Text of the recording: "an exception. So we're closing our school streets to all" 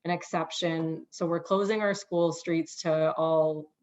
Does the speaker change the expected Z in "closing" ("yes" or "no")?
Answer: no